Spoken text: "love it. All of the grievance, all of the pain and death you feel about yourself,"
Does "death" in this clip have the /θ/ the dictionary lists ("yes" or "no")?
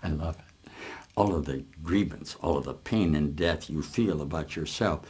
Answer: yes